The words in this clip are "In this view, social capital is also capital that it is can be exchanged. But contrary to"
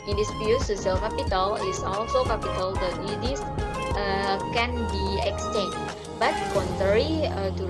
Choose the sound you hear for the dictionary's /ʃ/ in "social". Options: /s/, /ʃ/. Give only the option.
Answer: /s/